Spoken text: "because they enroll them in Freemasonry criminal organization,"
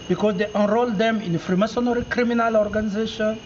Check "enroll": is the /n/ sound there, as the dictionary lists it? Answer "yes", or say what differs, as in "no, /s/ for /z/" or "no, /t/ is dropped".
yes